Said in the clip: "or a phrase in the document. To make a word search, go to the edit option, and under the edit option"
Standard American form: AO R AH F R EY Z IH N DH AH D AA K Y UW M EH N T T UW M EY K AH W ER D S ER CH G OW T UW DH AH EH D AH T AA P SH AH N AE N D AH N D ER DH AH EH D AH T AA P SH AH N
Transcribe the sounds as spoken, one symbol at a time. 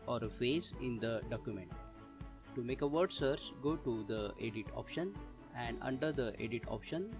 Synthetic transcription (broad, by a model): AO R AH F EY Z IH N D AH D AA K Y UW M EH N T T UW M EY K AH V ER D S ER CH G OW T UW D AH EH D AH T AA P SH AH N AE N D AH N D ER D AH EH D AH T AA P SH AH N